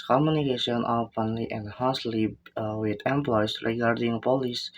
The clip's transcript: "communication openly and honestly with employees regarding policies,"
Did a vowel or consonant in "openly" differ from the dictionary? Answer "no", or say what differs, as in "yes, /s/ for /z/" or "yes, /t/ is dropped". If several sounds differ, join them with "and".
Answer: yes, /f/ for /p/